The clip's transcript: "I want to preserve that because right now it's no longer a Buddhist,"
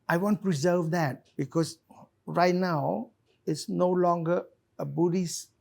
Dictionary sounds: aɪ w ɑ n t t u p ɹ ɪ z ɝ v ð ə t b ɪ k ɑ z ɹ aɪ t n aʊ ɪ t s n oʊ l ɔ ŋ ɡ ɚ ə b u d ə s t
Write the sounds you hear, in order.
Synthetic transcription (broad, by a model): aɪ w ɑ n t t u p ɹ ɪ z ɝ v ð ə t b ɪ k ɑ s ɹ aɪ t n aʊ ɪ t s n oʊ l ɔ ŋ ɡ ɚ ə b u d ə s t